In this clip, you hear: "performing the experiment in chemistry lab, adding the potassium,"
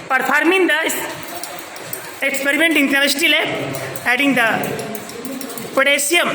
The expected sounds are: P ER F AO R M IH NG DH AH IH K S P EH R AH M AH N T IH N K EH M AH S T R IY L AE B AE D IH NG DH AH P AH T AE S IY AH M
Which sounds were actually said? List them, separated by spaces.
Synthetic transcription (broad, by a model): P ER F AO R M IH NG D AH IH K S P EH R AH M AH N T IH N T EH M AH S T IY L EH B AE D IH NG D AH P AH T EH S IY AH M